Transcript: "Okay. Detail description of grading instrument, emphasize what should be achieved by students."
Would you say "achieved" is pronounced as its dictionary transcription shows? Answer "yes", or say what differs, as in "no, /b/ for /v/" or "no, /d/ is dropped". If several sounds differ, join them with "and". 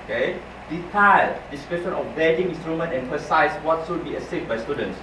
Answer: no, /s/ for /tʃ/